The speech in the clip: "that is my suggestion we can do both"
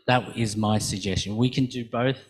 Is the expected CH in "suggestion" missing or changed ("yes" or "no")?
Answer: no